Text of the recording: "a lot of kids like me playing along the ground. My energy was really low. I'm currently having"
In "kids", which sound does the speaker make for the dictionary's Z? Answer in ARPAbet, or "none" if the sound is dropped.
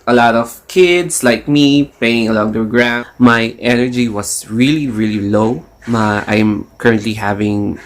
S